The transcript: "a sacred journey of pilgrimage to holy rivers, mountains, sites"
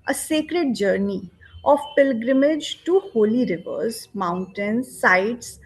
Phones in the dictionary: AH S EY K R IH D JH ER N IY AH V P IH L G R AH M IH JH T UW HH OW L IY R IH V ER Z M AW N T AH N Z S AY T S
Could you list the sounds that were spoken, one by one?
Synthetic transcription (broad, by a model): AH S EY K R IH D JH ER N IY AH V P IH L G R AH M IH JH T UW HH OW L IY R IH V ER Z M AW N T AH N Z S AY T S